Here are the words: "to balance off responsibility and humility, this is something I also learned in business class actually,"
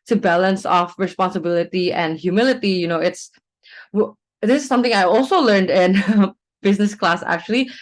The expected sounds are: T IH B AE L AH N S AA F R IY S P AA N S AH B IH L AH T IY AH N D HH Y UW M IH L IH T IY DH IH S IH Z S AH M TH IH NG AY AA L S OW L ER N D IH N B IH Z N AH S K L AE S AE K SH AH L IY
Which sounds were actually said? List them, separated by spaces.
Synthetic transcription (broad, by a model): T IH B AE L AH N S AA F R IY S P AA N S AH B IH L AH T IY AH N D HH Y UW M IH L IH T IY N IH S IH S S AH M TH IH NG AY AA L S OW L ER N D IH N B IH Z N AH S K L AE S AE K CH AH L IY